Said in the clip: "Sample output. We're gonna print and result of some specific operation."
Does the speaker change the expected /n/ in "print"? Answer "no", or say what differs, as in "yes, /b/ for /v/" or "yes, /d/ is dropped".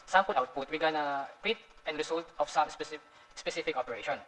yes, /n/ is dropped